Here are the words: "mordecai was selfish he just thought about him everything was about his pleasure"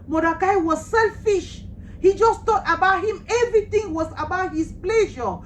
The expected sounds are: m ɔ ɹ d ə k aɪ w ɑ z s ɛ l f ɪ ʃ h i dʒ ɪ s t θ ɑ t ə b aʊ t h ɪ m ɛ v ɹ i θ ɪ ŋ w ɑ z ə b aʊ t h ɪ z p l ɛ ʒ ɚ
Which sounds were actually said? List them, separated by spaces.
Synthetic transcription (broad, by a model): m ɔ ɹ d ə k aɪ w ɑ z s ɛ l f ɪ ʃ h i dʒ ɪ s t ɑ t ə b aʊ t h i m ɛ v ɹ i t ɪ ŋ w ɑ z ə b aʊ t h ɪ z p l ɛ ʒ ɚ